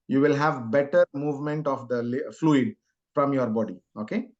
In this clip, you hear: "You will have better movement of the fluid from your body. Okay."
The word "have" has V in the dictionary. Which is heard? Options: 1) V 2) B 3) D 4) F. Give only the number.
1